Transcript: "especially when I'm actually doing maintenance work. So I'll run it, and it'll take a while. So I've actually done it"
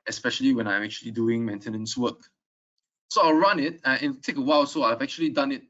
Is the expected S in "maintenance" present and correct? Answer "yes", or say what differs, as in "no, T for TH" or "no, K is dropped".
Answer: yes